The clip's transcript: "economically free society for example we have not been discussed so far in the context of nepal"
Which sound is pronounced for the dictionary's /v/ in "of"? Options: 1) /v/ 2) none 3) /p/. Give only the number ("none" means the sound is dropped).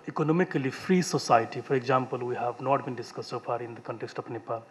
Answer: 3